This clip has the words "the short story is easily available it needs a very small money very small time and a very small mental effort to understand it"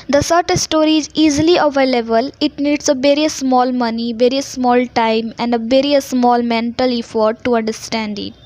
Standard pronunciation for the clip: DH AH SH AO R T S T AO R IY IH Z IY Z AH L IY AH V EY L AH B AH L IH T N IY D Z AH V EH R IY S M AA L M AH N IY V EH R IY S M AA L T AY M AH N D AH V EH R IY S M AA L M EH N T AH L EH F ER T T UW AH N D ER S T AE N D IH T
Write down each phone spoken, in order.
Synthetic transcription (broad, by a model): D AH S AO R T S T AO R IY IH Z IY Z AH L IY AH V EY L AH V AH L IH T N IY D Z AH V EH R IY S M AA L M AH N IY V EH R IY S M AA L T AY M AH N D AH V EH R IY S M AA L M EH N T AH L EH F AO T T UW AH N D ER S T AE N D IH T